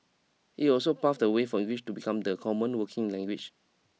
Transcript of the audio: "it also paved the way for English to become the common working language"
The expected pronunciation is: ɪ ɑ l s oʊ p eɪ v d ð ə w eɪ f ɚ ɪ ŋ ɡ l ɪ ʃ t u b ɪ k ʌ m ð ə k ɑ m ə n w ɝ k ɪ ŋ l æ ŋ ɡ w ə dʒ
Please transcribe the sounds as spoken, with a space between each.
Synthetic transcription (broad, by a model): ɪ ɑ l s oʊ p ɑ f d ə w eɪ f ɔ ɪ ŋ ɡ l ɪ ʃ t u b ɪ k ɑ m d ə k ɑ m ə n w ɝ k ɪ ŋ l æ ŋ ɡ w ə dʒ